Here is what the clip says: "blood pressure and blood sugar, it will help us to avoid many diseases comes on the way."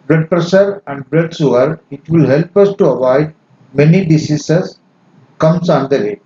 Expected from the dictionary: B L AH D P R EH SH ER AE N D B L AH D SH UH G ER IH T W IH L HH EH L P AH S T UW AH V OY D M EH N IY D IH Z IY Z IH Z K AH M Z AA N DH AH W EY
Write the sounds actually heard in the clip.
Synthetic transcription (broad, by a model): B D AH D P R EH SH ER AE N D B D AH D S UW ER IH T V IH L HH EH L P AH S T UW AH V OY D M EH N IY D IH S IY S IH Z K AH M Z AA N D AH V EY